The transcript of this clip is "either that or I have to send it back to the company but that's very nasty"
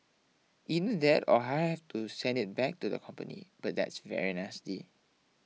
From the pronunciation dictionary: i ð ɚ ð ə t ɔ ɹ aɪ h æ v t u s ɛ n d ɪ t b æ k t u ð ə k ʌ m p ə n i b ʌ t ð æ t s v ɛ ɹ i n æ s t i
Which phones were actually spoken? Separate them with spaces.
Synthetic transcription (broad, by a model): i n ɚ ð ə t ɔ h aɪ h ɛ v t u s ɛ n d ɪ t b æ k t u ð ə k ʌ m p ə n i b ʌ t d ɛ t s v ɛ ɹ i n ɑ s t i